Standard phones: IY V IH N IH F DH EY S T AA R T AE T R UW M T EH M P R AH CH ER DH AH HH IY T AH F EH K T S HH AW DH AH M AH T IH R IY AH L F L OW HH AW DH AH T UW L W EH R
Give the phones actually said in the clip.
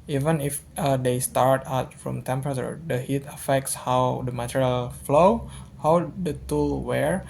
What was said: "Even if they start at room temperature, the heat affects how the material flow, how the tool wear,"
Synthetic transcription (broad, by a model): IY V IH N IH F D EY S T AA R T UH T R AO M T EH M P R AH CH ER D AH HH IY T AH F EH K T S HH AW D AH M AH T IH R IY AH L F L OW HH AW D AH T UW L W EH R